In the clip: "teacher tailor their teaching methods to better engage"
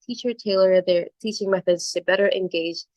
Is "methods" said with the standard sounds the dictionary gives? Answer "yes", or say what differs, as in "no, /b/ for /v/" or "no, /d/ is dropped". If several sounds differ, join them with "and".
yes